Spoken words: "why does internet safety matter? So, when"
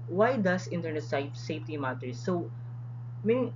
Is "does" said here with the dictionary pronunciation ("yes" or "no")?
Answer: no